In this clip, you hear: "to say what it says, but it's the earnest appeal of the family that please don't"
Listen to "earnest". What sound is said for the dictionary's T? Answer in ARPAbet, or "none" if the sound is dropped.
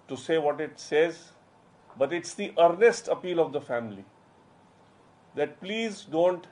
T